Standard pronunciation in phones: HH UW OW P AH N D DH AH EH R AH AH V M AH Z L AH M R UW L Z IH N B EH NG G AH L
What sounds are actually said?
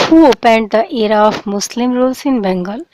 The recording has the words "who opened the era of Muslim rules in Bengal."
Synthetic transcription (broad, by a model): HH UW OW P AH N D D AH EH R AH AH F M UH S L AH M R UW L S IH N B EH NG G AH L